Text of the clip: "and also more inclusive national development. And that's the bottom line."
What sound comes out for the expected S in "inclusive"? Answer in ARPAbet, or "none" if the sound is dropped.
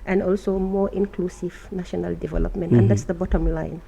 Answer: S